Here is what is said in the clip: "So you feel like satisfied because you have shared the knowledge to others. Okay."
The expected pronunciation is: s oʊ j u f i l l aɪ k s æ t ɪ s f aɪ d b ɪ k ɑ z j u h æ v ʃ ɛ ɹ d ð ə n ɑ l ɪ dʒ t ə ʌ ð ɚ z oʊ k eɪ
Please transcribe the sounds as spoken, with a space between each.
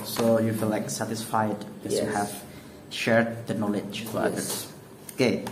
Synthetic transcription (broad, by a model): s oʊ j u f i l l aɪ k s æ t ɪ s f aɪ d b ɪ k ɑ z j u h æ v ʃ ɛ ɹ d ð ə n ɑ l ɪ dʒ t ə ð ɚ oʊ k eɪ